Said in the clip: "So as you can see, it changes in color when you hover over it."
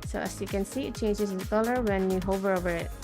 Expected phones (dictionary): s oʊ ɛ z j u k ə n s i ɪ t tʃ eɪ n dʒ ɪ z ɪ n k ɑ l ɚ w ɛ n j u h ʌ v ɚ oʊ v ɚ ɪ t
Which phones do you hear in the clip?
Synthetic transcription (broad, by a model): s oʊ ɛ s j u k ə n s i ɪ t tʃ eɪ n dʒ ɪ s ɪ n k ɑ l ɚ w ɛ n j u h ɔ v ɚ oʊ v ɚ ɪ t